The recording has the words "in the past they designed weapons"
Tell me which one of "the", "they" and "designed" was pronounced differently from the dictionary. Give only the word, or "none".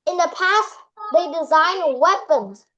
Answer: none